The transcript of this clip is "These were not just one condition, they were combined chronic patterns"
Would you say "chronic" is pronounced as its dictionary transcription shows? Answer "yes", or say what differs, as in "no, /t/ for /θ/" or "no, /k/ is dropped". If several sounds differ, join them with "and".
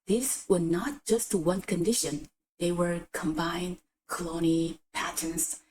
no, /l/ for /ɹ/